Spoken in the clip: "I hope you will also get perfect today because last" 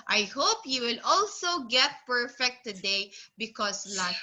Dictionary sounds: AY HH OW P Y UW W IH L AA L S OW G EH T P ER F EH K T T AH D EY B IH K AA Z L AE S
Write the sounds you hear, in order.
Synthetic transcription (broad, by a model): AY HH OW P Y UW W IH L AA L S OW G EH T P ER F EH K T T AH D EY B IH K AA S L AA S